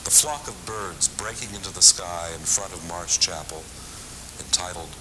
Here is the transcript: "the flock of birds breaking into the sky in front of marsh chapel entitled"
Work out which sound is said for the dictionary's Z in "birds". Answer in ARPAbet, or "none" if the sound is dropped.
Z